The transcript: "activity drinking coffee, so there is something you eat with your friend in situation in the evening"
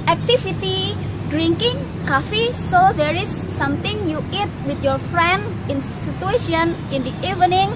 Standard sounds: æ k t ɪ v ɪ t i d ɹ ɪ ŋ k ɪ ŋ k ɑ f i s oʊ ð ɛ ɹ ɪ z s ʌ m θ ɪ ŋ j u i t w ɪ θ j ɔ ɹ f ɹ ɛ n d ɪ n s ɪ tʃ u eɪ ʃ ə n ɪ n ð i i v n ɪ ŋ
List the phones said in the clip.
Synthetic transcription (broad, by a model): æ k t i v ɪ t i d ɹ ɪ ŋ k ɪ ŋ k ɑ f i s oʊ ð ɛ ɹ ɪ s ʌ m t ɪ ŋ j u i t w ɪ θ j ɔ ɹ f ɹ ɛ n d ɪ n s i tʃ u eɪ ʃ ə n ɪ n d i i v n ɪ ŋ